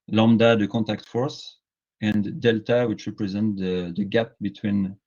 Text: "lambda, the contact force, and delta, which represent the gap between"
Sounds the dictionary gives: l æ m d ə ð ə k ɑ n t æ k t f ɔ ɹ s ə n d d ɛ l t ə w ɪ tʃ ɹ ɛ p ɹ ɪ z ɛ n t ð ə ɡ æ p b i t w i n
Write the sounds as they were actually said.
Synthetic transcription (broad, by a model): l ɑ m d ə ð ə k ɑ n t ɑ k t f ɔ ɹ s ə n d d ɛ l t ə w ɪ tʃ ɹ ɛ p ɹ ɪ z ɛ n t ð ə ɡ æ p b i t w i n